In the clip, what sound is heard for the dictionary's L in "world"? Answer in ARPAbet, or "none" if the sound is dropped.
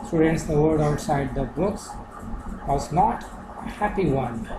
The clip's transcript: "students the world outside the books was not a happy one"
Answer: none